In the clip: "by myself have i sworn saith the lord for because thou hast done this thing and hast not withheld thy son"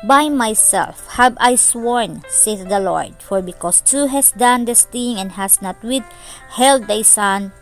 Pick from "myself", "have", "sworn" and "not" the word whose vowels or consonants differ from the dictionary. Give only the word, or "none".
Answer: have